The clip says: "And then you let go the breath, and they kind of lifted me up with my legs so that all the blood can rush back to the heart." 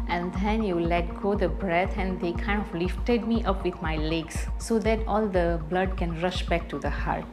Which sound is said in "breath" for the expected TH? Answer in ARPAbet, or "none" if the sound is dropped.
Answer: T